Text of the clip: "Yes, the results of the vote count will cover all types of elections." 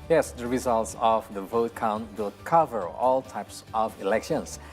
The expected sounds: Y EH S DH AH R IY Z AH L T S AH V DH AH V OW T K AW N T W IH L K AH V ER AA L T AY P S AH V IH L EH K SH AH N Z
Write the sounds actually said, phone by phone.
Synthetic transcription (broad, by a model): Y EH S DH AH R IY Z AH L T S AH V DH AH V OW T K AW N T W IH L K AH V ER AA L T AY P S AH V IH L EH K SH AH N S